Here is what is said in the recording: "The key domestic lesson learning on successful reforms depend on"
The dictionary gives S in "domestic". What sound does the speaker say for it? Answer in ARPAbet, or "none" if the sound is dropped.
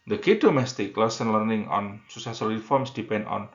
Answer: S